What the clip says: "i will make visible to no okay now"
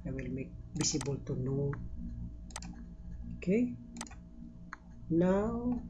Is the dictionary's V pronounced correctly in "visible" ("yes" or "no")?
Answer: no